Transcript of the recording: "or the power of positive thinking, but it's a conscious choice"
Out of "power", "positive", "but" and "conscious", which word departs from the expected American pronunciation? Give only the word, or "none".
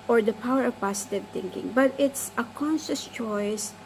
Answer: positive